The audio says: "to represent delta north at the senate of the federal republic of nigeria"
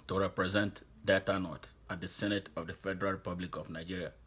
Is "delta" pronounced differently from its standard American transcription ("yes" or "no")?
yes